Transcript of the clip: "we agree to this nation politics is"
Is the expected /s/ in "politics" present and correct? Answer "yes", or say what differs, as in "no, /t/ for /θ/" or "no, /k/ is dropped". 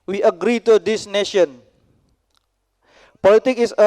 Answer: no, /s/ is dropped